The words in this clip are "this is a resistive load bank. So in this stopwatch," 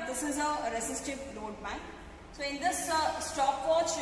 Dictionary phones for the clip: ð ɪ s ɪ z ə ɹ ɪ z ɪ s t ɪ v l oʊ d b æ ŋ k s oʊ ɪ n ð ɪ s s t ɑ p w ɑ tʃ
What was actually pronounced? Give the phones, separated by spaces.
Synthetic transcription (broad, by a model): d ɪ s ɪ z ə ɹ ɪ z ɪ s t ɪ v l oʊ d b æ k s oʊ ɪ n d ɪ s s t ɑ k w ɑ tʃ